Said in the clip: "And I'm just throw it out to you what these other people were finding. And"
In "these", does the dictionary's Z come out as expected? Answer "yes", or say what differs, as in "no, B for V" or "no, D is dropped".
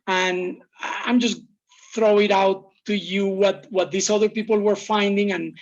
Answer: no, S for Z